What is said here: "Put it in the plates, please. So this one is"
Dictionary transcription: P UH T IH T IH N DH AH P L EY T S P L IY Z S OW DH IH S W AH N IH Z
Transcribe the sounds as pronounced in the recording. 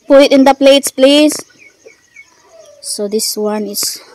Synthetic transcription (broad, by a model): P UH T IH T IH N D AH P L EY T S P L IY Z S OW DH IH S W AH N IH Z